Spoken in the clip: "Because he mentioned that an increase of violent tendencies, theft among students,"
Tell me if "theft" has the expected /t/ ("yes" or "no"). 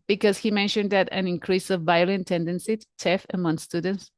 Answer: no